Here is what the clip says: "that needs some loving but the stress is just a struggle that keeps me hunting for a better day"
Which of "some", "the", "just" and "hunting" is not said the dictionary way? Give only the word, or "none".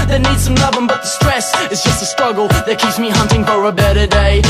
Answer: none